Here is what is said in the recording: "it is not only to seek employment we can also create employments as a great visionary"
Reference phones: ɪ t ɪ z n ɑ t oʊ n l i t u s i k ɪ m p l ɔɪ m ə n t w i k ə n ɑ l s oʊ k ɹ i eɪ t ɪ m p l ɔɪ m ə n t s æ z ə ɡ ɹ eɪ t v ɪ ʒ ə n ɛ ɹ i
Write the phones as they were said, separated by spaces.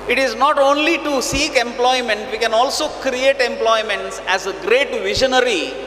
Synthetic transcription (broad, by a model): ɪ t ɪ z n ɑ t oʊ n l i t u s i k ɪ m p l ɔɪ m ə n t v i k ə n ɑ l s oʊ k ɹ i eɪ t ɪ m p l ɔɪ m ə n t s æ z ə ɡ ɹ eɪ t v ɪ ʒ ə n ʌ ɹ i